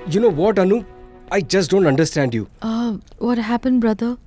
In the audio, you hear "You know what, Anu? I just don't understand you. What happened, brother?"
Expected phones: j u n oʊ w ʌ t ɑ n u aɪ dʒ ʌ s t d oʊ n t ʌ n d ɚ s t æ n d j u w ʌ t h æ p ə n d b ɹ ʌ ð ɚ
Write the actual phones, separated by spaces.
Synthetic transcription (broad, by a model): j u n oʊ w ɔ t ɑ n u aɪ dʒ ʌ s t d oʊ n t ʌ n d ɚ s t æ n d j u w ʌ t h æ p ə n d b ɹ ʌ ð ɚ